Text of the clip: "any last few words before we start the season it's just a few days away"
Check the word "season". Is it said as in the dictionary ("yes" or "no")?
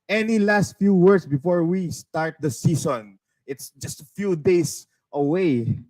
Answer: no